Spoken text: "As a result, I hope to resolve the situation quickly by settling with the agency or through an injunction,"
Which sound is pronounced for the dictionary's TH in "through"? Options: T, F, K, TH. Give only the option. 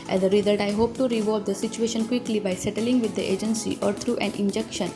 T